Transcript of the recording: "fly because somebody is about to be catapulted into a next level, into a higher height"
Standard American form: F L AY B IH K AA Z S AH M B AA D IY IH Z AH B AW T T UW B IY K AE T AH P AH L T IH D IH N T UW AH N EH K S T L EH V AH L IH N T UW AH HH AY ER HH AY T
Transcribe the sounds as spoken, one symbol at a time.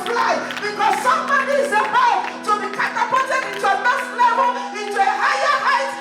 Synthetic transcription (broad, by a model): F L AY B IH K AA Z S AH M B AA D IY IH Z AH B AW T T UW B IY K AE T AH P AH T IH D IH N T UW AH N EH K S T L EH V AH L IH N T UW AH HH AY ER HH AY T